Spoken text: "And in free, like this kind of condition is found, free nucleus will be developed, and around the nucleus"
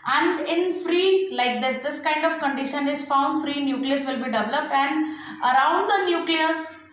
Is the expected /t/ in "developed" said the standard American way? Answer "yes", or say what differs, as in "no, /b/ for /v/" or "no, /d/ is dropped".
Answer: yes